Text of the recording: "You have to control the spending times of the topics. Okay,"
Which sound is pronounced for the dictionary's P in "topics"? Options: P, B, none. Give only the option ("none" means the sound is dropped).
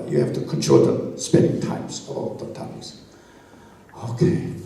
none